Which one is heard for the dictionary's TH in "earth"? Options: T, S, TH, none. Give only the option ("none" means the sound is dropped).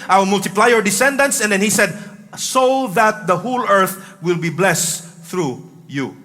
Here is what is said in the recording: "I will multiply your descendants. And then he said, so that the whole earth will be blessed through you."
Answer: TH